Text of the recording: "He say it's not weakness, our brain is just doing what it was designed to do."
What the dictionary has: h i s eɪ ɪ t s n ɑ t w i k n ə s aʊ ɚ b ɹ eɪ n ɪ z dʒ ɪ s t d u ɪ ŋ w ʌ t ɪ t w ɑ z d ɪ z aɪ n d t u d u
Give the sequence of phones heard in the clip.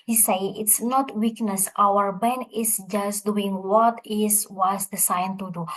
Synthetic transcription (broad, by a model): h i s eɪ ɪ t s n ɑ t w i k n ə s aʊ ɚ b eɪ n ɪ s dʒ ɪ s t d u ɪ ŋ w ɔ t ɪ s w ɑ s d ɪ s aɪ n t u d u